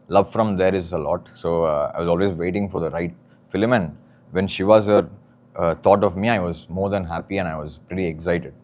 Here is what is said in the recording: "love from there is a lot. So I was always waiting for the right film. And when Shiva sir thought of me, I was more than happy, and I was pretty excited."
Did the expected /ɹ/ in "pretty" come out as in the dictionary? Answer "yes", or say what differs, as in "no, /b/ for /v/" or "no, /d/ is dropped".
yes